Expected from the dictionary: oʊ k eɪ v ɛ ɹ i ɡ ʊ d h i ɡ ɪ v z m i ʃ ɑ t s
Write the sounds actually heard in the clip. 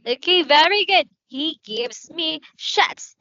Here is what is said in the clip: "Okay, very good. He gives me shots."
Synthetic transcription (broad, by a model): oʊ k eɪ v ɛ ɹ i ɡ ʊ d h i ɡ ɪ v z m i ʃ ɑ t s